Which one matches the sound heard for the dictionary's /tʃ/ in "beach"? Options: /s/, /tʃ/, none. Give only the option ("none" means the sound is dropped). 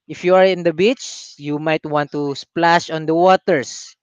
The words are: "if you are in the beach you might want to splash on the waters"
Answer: /tʃ/